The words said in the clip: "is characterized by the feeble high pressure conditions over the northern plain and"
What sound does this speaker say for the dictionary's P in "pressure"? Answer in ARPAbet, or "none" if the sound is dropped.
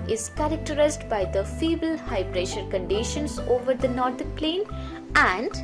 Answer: B